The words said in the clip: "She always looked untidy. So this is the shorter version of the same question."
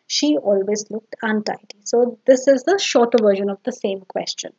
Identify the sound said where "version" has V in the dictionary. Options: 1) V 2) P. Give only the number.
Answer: 1